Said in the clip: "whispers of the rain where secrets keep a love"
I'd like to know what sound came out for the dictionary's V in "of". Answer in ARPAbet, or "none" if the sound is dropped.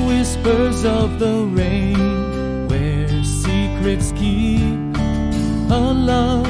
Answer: V